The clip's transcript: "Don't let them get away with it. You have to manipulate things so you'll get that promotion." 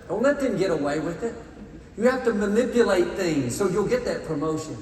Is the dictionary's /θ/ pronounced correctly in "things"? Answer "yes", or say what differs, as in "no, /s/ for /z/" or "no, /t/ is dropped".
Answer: yes